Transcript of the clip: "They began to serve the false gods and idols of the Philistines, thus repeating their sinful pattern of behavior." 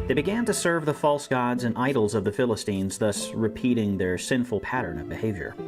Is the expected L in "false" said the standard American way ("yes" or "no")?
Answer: yes